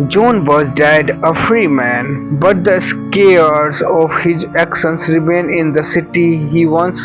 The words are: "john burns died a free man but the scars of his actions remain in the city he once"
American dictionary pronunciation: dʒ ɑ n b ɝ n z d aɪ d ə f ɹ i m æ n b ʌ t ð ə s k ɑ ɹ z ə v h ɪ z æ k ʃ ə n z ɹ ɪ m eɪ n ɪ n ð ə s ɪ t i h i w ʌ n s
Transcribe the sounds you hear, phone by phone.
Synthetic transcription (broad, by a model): dʒ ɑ n b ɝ z d aɪ d ə f ɹ i m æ n b ʌ t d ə s k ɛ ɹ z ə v h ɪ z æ k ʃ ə n s ɹ ɪ m eɪ n ɪ n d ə s ɪ t i h i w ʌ n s